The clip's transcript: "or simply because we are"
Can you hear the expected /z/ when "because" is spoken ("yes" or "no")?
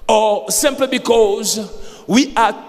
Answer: yes